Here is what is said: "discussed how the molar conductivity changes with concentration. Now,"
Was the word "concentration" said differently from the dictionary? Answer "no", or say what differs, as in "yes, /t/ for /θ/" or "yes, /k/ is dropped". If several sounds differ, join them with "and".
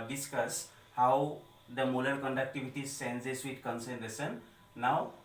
yes, /s/ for /ʃ/